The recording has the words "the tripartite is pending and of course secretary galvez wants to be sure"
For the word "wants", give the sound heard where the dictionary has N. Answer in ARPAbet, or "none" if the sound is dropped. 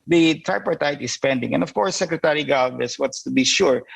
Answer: none